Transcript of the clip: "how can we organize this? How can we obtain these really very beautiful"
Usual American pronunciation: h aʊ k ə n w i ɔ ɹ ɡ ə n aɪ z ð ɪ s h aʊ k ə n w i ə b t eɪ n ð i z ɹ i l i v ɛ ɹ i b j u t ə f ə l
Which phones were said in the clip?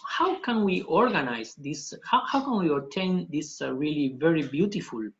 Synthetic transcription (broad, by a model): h aʊ k ə n w i ɔ ɹ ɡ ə n aɪ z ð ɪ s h aʊ k ə n w i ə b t eɪ n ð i s ɹ i l i v ɛ ɹ i b j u t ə f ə l